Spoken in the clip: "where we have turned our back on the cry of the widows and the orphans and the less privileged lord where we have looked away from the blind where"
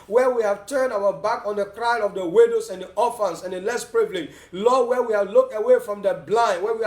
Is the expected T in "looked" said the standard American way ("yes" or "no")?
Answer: yes